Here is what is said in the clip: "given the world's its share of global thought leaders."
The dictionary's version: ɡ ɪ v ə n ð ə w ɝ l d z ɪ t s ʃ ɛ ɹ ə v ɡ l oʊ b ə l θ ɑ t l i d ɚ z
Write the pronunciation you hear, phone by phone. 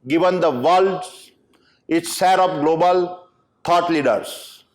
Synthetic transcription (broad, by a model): ɡ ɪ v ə n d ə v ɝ l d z ɪ t s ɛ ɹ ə p ɡ l oʊ b ə l t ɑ t l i d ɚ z